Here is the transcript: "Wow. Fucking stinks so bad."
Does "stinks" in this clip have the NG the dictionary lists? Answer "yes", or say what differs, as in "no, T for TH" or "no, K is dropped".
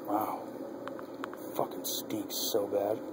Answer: no, NG is dropped